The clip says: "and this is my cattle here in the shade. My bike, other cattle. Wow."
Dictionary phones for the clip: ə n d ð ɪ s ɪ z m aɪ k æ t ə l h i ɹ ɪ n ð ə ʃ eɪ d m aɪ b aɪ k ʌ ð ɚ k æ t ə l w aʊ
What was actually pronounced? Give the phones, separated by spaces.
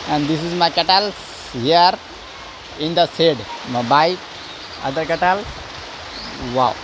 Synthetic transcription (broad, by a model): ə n d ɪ s ɪ z m aɪ k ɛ t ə l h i ɹ ɪ n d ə s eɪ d m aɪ b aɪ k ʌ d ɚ k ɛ t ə l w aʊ